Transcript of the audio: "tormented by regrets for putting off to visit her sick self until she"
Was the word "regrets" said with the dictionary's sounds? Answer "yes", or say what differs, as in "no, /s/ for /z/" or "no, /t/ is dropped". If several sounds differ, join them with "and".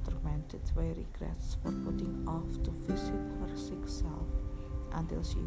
yes